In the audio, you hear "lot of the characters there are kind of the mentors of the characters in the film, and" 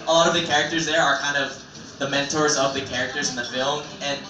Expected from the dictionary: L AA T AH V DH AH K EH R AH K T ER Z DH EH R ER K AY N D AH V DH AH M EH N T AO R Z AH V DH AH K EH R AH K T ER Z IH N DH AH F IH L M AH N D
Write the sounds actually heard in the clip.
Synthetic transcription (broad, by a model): L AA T AH V DH AH K EH R AH K T ER Z DH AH R ER K AY N D AH V DH AH M EH N T AO R Z AH V DH AH K EH R AH K T ER Z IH N DH AH F IH L M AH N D